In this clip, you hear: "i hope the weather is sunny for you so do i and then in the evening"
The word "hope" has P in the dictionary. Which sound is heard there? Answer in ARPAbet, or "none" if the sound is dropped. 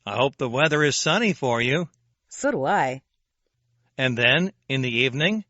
P